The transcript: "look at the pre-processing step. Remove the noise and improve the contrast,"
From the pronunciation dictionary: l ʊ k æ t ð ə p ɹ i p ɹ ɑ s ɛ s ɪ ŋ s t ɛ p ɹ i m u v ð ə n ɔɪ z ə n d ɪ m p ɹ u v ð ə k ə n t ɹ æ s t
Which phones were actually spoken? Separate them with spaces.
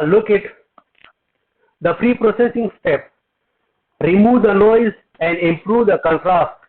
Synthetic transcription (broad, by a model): l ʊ k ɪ t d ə f ɹ i p ɹ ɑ s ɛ s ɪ ŋ s t ɛ p ɹ i m u v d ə n ɔɪ z ə n d ɪ m p ɹ u v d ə k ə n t ɹ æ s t